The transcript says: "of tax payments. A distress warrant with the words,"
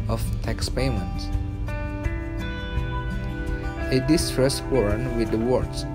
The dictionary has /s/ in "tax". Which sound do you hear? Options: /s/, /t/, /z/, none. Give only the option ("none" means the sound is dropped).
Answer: /s/